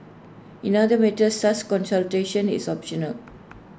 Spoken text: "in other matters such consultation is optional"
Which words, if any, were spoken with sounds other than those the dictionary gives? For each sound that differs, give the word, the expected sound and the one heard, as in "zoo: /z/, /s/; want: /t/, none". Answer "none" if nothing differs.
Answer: such: /tʃ/, /s/; is: /z/, /s/